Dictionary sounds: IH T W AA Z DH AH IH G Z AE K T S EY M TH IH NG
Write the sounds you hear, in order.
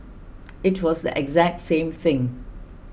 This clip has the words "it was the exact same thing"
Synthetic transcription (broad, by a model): IH T W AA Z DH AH IH G Z AE K T S EY M TH IH NG